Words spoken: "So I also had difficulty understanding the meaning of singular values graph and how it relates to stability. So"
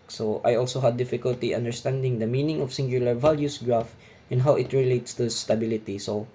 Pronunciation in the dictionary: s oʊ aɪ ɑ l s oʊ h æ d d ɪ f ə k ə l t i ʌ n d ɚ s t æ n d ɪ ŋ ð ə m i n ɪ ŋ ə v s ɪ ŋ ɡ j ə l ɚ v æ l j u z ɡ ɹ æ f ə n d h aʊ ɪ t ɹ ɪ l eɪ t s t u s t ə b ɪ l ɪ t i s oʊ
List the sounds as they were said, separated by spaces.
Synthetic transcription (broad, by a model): s oʊ aɪ ɑ l s oʊ h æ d d ɪ f ə k ə l t i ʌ n d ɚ s t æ n d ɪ ŋ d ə m i n ɪ ŋ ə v s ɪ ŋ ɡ j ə l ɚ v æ l j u s ɡ ɹ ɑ f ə n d h aʊ ɪ t ɹ ɪ l eɪ t s t u s t ə b ɪ l ɪ t i s oʊ